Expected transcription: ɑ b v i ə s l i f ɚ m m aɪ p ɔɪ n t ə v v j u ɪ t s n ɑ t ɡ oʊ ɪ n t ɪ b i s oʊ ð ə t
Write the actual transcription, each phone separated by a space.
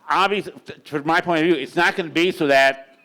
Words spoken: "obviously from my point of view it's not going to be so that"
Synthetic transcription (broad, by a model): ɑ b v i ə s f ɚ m m aɪ p ɔɪ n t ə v v j u ɪ t s n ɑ t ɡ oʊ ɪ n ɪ b i s oʊ ð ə t